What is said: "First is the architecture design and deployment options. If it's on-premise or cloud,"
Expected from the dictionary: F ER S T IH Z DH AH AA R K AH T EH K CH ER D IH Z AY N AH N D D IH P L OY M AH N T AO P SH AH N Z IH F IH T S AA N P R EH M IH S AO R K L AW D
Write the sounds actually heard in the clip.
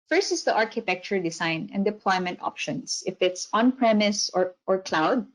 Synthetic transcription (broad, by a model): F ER S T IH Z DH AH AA R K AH T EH K CH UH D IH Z AY N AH N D D IH P L OY M AH N T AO P SH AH N S IH F IH T S AA N P R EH M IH S AO R K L AW D